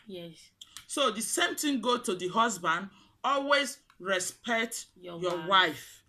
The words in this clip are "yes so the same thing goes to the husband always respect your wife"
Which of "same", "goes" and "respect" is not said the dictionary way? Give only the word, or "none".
goes